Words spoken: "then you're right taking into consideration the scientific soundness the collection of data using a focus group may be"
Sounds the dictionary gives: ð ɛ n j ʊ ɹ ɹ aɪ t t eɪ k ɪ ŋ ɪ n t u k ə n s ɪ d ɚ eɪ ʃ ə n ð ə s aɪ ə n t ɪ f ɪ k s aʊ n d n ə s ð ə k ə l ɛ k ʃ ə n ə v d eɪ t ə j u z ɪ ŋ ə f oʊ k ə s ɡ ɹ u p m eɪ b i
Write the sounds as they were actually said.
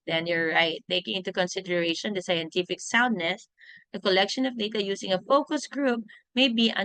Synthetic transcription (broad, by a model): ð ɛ n j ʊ ɹ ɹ aɪ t t eɪ k ɪ ŋ ɪ n t u k ə n s ɪ d ɚ eɪ ʃ ə n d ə s aɪ ə n t ɪ f ɪ k s aʊ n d n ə s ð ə k ə l ɛ k ʃ ə n ə v d eɪ t ə j u s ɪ ŋ ə f oʊ k ə s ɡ ɹ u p m eɪ b i